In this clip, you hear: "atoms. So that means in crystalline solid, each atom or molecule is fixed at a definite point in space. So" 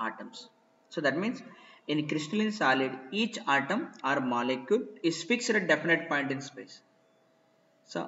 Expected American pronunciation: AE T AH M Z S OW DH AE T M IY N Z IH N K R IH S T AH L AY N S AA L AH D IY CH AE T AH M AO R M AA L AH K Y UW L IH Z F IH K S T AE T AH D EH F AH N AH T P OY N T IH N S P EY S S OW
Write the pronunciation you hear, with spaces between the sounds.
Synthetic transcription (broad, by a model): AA T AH M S S OW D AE T M IY N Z IH N K R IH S T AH L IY N S AA L AH D IY CH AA T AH M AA R M AA L AH K Y UW L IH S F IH K S EH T AH D EH F AH N AH T P OY N T IH N S P EY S S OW